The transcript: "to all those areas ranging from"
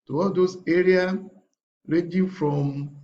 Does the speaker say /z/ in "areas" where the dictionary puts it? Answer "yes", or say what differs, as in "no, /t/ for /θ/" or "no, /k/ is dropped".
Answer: no, /z/ is dropped